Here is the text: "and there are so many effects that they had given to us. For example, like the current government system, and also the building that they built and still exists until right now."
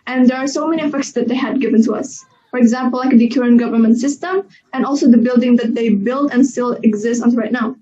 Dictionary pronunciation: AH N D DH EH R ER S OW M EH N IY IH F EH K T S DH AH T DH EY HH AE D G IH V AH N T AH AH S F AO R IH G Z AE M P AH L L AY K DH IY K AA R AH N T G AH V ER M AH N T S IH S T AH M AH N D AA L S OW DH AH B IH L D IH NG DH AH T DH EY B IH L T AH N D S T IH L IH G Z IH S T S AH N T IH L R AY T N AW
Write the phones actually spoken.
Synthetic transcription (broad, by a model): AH N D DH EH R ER S OW M EH N IY IH F EH K T S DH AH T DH EY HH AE D G IH V AH N T AH AH S F AO R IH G Z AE M P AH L L AY K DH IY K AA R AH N G AH V ER M AH N T S IH S T AH M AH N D AA L S OW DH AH B IH L D IH NG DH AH T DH EY B IH L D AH N S T IH L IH G Z IH S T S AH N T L R AY T N AW